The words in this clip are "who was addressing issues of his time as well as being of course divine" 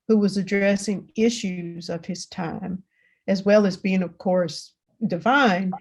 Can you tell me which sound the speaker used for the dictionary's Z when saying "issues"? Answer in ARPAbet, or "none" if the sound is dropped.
Z